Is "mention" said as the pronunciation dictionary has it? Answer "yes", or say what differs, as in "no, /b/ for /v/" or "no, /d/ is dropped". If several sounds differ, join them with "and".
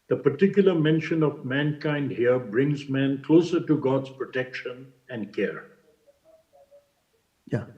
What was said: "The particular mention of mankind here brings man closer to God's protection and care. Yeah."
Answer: yes